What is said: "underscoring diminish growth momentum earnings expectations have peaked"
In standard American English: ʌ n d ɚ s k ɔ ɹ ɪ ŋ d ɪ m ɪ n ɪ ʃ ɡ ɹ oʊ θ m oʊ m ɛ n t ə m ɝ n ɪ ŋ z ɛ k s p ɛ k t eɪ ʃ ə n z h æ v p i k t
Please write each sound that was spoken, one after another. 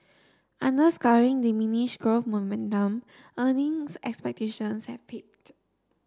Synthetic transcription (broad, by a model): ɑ n d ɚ s k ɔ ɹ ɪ ŋ d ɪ m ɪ n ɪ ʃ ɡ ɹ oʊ f m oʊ m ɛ n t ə m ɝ n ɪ ŋ s ɛ k s p ɛ k t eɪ ʃ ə n s h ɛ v p i k t